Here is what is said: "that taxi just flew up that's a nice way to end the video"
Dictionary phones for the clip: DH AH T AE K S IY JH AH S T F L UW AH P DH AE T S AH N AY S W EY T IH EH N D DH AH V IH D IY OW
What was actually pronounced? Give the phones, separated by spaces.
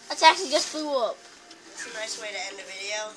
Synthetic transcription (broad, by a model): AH S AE K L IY JH AH S T F L UW AH P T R AH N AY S W EY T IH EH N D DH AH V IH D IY OW